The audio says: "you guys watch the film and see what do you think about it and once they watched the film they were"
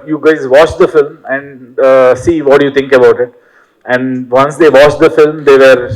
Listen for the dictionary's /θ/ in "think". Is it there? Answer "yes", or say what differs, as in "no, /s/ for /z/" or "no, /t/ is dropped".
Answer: no, /t/ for /θ/